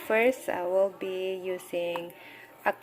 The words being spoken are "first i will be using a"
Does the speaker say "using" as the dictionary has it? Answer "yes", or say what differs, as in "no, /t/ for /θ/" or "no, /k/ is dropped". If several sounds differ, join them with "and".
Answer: no, /s/ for /z/